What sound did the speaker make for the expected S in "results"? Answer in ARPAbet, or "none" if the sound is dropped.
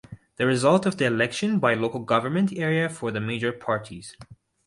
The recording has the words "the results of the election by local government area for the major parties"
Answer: none